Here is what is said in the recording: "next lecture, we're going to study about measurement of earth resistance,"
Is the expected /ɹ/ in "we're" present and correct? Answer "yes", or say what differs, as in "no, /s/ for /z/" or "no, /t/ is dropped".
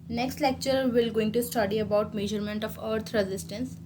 no, /l/ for /ɹ/